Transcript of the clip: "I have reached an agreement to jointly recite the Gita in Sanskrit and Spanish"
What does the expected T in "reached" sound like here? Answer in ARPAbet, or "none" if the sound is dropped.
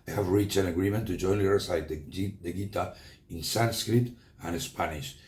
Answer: none